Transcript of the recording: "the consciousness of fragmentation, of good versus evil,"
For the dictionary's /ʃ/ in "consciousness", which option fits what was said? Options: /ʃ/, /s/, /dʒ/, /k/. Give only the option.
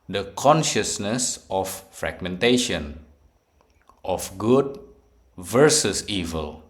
/ʃ/